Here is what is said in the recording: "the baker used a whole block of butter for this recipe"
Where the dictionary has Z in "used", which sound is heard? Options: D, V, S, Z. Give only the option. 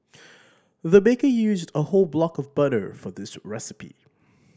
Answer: Z